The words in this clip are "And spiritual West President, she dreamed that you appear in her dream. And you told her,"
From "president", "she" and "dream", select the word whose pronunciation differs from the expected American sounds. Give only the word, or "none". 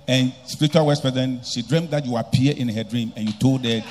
president